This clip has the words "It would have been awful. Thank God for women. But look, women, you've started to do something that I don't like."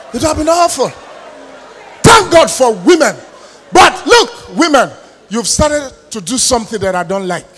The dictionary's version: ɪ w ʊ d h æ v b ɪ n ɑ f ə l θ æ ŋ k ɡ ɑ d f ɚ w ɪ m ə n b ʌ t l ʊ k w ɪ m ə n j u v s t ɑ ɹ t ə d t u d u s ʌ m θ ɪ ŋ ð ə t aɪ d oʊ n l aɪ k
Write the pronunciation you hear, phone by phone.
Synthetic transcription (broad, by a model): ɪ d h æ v b ɪ n ɑ f ə l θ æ ŋ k ɡ ɑ d f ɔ w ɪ m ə n b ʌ t l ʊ k w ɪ m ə n j u v s t ɑ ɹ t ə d t u d u s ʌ m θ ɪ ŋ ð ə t aɪ d oʊ n l aɪ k